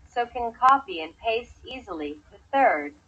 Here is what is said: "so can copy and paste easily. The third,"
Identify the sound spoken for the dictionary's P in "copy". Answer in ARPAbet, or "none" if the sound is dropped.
F